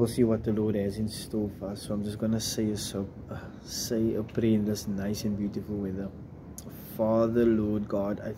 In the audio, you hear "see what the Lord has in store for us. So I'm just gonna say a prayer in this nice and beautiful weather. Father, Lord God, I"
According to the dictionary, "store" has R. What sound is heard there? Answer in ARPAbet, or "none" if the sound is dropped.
L